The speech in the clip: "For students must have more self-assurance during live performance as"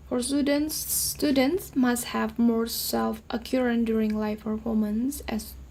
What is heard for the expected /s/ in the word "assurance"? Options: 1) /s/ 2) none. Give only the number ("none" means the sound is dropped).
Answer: 2